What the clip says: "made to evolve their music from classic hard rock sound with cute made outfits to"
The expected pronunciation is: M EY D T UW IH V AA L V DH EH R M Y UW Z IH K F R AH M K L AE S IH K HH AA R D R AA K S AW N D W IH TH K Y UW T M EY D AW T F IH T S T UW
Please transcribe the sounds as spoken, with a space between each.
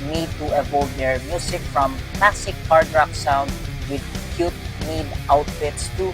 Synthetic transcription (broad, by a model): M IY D T UW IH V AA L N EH R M Y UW S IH K F R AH M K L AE S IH K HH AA R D R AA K S AW N D W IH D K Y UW T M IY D AW T F IH T S T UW